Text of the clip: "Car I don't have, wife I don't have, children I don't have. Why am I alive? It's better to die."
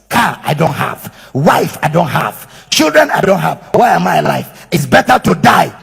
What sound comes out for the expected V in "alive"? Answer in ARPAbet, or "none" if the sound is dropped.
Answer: F